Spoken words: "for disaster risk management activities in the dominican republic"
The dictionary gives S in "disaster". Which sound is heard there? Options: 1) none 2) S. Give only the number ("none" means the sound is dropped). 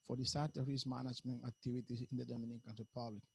1